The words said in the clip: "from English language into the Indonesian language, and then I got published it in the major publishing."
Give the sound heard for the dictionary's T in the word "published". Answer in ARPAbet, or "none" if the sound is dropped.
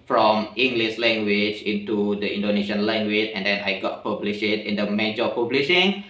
none